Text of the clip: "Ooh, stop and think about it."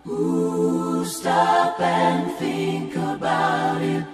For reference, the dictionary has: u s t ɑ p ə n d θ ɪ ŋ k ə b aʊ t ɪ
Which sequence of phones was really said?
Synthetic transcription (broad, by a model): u s t ɑ p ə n θ ɪ ŋ k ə b aʊ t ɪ